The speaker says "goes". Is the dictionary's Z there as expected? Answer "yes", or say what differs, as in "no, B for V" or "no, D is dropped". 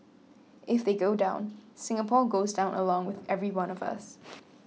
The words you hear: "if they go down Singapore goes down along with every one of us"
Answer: yes